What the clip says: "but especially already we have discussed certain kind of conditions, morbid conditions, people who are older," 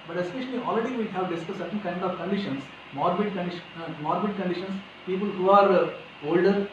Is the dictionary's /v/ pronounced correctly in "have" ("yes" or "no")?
yes